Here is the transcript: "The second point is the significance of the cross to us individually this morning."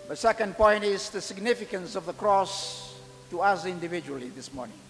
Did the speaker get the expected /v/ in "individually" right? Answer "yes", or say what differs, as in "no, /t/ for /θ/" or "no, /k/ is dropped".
yes